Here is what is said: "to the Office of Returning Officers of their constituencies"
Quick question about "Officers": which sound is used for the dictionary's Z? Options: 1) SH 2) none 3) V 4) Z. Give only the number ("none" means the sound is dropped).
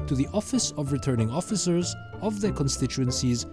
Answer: 4